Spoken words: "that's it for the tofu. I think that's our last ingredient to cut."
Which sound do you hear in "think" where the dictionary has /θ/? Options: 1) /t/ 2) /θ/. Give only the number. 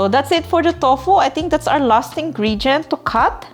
1